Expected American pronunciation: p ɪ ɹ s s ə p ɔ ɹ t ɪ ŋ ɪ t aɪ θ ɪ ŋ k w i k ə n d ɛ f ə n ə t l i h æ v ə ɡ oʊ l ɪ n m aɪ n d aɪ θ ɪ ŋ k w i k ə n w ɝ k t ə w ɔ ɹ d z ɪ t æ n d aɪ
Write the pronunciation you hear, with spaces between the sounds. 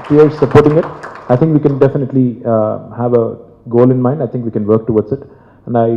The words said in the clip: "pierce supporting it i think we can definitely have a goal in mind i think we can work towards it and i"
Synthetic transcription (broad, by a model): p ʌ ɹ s s ə p ɔ ɹ t ɪ ŋ ɪ t aɪ t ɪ ŋ k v i k ə n d ɛ f ə n ə t l i h æ v ə ɡ oʊ l ɪ n m aɪ n d aɪ t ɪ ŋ k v i k ə n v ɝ k t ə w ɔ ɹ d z ɪ t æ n d aɪ